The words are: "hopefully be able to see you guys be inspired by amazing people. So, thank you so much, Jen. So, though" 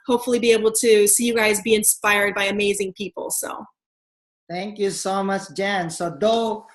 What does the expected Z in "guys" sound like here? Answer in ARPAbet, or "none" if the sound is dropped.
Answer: Z